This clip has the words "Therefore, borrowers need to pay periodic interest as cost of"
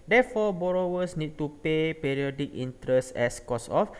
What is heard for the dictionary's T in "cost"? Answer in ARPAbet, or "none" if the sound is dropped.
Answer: none